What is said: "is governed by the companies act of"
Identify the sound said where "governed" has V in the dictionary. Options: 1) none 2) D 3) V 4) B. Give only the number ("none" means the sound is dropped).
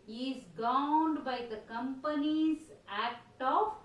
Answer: 1